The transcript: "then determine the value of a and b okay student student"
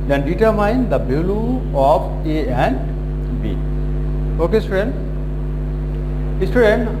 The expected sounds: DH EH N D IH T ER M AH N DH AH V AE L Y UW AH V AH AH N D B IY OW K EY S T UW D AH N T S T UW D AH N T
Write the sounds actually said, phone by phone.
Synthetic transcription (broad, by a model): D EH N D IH T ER M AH N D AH B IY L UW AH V AH AH N D B IY OW K EY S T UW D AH N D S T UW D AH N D